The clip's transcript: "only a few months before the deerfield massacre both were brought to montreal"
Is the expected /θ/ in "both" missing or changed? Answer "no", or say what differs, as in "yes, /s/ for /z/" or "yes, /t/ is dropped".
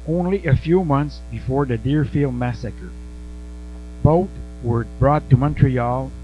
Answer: yes, /t/ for /θ/